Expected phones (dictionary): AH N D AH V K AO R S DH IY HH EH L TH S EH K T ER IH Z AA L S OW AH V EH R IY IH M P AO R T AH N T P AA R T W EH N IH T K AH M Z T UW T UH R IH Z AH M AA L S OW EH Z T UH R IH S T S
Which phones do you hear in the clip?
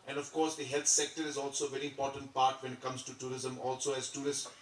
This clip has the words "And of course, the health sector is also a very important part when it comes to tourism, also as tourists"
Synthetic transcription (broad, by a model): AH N D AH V K AO R S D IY HH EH L T S EH K T ER IH Z AA L S OW AH V EH R IY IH M P AO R T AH N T P AA R T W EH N IH T K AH M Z T UW T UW R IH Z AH M AA L S OW EH Z T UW R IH S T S